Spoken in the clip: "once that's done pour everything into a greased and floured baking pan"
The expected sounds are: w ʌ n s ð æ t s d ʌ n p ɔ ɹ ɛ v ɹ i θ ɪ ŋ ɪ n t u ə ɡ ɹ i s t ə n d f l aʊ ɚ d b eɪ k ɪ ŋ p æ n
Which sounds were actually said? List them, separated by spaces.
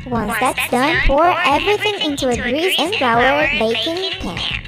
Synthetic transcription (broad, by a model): w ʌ n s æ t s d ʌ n f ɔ ɹ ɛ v ɹ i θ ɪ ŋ ɪ n t u ə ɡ ɹ i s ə n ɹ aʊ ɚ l b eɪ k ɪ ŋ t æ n